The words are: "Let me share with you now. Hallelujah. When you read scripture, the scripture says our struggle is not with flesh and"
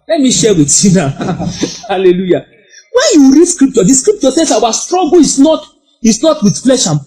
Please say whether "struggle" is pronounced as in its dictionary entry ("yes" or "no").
no